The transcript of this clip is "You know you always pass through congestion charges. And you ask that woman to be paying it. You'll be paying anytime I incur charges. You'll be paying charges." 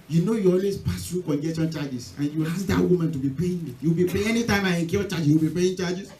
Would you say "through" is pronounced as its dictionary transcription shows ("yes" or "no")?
no